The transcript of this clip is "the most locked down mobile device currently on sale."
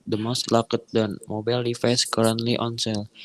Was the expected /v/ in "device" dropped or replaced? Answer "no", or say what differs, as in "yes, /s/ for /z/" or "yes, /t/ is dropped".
yes, /f/ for /v/